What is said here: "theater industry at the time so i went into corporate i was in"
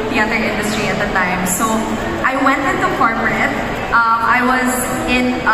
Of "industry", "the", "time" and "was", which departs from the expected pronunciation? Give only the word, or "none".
none